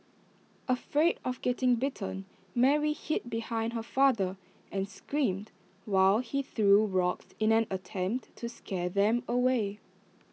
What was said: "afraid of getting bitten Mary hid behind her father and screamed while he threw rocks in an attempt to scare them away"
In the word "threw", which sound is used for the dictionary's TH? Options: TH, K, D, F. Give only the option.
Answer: TH